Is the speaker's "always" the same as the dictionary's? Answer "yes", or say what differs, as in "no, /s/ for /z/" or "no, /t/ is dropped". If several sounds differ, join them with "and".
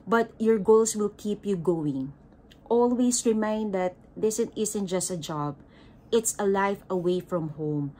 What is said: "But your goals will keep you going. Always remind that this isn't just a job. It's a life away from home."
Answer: no, /s/ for /z/